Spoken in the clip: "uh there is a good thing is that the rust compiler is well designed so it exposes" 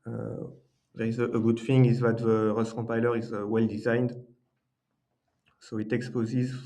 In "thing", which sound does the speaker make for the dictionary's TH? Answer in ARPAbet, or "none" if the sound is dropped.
F